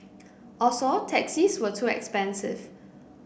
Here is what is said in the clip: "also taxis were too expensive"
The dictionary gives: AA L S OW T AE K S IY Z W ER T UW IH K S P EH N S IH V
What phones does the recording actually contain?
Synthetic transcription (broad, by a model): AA S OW T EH K S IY S W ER T UW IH K S P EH N S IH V